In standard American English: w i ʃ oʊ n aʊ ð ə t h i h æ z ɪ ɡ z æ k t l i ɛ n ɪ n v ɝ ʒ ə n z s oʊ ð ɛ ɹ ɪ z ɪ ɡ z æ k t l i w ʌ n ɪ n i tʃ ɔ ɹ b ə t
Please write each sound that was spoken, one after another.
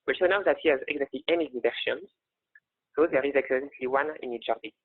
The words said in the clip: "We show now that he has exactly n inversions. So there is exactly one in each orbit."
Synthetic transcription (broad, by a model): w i s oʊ n aʊ ð ə t h i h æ z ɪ ɡ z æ k t l i ɛ n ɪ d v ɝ ʃ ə n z s oʊ ð ɛ ɹ ɪ z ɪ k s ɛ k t l i w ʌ n ɪ n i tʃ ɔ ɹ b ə